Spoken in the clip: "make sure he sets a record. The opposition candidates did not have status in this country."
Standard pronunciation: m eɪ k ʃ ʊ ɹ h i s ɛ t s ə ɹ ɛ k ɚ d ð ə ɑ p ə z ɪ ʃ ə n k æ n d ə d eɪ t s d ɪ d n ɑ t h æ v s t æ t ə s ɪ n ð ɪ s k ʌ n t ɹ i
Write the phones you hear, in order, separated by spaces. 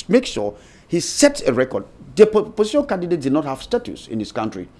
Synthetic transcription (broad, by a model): m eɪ k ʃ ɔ h i s ɛ t s ə ɹ ɛ k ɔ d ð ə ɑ p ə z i ʃ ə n k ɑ n d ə d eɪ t d ɪ d n ɑ t h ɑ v s t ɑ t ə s ɪ n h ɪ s k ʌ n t ɹ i